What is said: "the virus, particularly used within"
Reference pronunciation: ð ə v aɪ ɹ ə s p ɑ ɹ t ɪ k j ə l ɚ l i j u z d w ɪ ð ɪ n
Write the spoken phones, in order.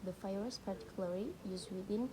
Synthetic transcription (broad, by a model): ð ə f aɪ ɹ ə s p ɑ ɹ t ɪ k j l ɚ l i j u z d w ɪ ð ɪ n